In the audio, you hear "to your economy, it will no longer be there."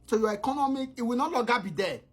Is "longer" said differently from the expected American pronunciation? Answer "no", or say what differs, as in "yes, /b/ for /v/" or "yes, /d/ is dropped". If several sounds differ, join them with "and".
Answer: yes, /ŋ/ is dropped